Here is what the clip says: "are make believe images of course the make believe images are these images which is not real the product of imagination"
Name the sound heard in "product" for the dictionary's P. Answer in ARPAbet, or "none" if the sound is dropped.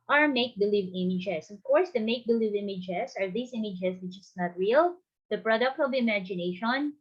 P